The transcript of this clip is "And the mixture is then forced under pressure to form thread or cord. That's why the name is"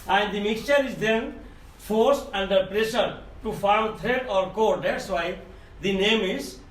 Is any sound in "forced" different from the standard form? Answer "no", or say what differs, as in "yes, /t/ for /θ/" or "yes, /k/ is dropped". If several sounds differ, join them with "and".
no